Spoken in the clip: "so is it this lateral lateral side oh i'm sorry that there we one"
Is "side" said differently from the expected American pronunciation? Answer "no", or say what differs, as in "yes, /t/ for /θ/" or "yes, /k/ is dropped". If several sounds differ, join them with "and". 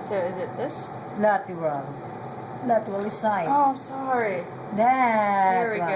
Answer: yes, /d/ is dropped